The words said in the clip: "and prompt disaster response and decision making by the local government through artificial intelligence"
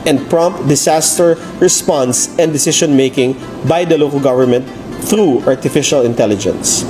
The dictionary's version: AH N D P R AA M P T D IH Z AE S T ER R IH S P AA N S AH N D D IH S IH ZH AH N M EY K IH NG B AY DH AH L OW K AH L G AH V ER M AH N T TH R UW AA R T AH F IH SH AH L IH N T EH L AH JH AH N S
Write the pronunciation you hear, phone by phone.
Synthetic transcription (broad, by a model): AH N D P R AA M P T D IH S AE S T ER R IH S P AA N S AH N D D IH S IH SH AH N M EY K IH NG B AY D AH L OW K AH L G AH V ER M AH N T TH R UW AA R T AH F IH SH AH L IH N T EH L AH JH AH N S